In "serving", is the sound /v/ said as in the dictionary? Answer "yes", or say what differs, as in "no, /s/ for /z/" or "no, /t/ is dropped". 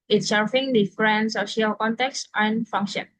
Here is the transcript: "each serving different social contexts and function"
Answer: no, /f/ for /v/